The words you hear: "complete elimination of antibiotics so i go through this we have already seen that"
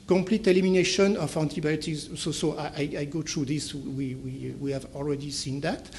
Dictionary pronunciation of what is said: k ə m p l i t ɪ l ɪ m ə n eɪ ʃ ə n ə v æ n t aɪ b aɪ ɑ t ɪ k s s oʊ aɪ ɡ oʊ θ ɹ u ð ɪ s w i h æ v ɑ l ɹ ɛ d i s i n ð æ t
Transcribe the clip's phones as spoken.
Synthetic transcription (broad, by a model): k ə m p l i t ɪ l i m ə n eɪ ʃ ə n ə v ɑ n t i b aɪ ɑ t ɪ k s s oʊ aɪ ɡ oʊ t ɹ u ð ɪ s w i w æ v ɑ l ɹ ɛ d i s i n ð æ t